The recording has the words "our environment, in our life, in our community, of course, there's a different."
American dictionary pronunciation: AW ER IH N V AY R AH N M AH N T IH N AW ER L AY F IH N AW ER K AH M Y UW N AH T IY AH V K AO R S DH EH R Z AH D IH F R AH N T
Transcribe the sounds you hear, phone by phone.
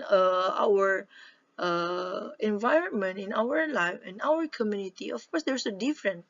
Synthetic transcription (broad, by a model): AW ER IH N V AY R AH N M AH N T IH N AW ER L AY F IH N AW ER K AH M Y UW N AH T IY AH F K AO R S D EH R S AH D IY F R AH N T